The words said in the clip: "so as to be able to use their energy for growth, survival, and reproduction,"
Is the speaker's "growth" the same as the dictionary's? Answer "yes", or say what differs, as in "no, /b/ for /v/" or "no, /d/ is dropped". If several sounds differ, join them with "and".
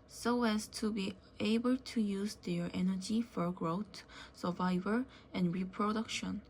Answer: no, /t/ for /θ/